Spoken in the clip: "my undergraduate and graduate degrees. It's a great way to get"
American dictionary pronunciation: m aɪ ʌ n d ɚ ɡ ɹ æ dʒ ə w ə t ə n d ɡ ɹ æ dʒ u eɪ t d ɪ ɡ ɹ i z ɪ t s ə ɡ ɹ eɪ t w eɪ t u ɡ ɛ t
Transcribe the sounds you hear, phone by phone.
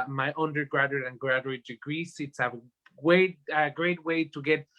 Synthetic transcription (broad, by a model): m aɪ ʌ n d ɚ ɡ ɹ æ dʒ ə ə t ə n ɡ ɹ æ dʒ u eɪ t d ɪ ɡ ɹ i s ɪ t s ə ɡ ɹ eɪ t w eɪ t u ɡ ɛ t